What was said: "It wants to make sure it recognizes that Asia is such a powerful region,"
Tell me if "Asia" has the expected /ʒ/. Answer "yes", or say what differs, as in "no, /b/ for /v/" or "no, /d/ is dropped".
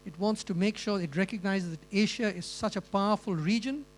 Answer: no, /ʃ/ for /ʒ/